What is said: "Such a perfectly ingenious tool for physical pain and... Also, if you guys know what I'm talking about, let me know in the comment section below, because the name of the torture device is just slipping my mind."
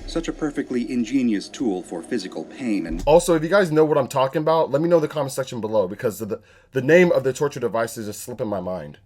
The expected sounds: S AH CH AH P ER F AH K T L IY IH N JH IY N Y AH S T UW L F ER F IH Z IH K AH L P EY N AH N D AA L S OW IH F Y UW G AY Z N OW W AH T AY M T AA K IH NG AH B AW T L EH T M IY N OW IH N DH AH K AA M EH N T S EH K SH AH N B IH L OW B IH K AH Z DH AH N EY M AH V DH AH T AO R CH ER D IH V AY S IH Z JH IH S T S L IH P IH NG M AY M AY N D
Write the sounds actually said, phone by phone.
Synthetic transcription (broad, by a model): S AH CH AH P ER F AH K T L IY IH N JH IY N Y AH S T UW L F ER F IH Z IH K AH L P EY N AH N AA L S OW IH F Y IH G AY Z N OW W AH T AY M T AA K IH NG AH B AW T L EH T M IY N OW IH DH AH K AA M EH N S EH K SH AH N B IH L OW B IH K AH Z DH AH N EY M AH V DH AH T AO R CH ER D IH V AY S IH Z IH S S L IH P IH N M AY M AY N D